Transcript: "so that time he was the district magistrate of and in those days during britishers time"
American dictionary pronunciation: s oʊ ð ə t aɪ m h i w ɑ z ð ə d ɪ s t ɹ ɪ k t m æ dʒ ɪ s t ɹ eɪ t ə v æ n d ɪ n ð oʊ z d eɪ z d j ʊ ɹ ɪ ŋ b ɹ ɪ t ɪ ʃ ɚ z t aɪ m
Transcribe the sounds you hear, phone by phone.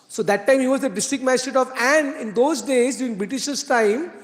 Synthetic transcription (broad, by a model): s oʊ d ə t aɪ m h i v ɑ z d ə d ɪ s t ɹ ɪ k m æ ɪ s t eɪ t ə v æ n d ɪ n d oʊ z d eɪ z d j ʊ ɹ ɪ ŋ b ɹ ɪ t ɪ ʃ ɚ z t aɪ m